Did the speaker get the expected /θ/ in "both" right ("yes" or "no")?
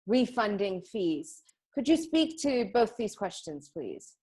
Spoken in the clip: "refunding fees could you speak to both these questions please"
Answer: yes